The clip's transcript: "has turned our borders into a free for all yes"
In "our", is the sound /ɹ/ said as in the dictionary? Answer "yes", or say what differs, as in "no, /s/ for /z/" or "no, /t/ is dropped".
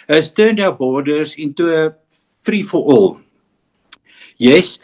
no, /w/ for /ɹ/